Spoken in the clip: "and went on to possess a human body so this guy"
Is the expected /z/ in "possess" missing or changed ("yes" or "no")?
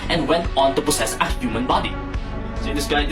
yes